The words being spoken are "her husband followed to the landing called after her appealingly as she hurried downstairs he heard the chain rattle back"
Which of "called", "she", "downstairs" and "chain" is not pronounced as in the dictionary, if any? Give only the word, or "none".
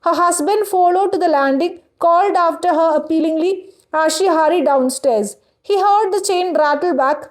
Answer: none